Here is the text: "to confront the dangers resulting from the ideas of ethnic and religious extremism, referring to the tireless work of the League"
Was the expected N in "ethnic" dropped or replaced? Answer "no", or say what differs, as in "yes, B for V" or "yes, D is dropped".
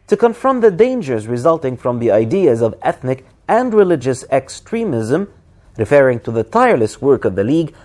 no